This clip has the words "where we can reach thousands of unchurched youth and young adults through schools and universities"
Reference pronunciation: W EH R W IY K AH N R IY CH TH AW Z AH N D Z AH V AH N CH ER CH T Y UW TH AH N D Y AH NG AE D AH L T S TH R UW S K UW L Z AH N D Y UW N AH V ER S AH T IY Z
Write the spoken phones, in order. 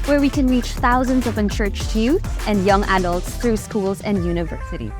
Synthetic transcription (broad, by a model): W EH R W IY K AH N R IY CH TH AW Z AH N D Z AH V AH N CH ER CH T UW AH N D Y AH NG AE D AH L T S TH R UW S K UW L Z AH N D Y UW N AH V ER S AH T IY